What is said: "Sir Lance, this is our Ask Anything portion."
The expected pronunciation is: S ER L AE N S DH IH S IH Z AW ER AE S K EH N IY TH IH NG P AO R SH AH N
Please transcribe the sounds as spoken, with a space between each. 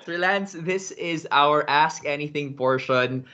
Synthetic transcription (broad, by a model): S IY L AE N S DH IH S IH Z AW ER AE S K EH N IY TH IH NG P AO R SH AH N